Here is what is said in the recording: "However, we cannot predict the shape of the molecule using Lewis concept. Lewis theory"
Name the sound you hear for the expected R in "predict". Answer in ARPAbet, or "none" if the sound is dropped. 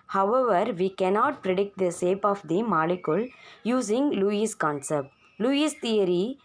R